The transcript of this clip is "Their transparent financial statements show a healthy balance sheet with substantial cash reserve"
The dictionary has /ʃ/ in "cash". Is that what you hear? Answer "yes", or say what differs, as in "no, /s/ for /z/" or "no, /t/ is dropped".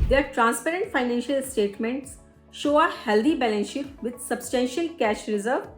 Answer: yes